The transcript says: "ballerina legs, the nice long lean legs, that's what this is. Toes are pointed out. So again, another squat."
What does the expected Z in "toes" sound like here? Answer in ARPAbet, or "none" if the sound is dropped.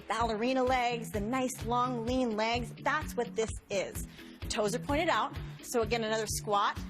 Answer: Z